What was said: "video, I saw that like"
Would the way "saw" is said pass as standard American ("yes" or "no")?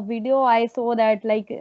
yes